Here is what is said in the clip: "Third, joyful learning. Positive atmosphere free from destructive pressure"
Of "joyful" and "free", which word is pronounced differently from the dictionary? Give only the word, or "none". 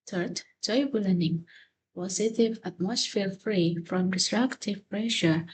joyful